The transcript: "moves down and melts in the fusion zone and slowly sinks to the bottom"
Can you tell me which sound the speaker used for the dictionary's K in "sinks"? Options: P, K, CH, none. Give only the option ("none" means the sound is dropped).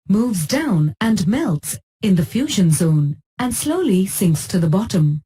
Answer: K